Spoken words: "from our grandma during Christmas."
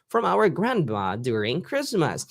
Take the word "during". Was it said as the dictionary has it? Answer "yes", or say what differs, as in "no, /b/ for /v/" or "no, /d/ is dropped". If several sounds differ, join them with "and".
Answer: yes